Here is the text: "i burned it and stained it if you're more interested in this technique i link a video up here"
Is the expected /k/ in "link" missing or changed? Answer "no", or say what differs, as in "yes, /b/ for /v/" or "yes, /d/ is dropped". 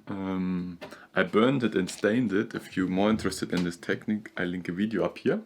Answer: no